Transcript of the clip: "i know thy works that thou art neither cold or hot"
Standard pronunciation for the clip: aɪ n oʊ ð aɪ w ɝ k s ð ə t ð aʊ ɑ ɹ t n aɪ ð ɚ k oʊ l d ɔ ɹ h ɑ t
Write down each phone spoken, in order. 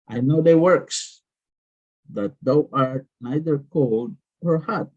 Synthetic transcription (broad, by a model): aɪ n oʊ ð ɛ w ɝ k s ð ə t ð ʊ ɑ ɹ n aɪ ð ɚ k oʊ l d ɔ ɹ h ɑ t